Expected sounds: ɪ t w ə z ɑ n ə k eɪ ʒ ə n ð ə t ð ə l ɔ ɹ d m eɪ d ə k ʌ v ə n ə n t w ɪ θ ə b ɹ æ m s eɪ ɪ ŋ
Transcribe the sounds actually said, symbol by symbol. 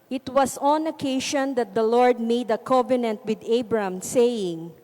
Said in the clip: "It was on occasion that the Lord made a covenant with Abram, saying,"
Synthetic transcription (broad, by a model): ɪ t w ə s ɑ n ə k eɪ ʃ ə n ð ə t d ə l ɔ ɹ d m eɪ d ə k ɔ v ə n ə n t w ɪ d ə b ɹ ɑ m s eɪ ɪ ŋ